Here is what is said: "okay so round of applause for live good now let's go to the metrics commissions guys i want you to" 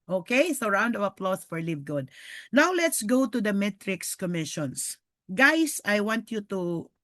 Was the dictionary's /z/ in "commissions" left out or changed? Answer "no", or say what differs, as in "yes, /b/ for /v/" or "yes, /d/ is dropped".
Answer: yes, /s/ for /z/